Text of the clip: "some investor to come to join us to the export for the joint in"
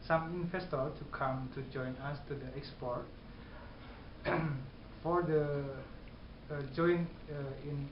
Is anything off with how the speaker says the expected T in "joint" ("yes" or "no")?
yes